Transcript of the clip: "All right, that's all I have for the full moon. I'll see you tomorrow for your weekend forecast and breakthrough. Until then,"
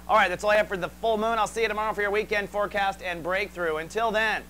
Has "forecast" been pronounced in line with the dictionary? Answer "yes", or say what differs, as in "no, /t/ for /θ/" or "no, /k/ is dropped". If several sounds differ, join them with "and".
yes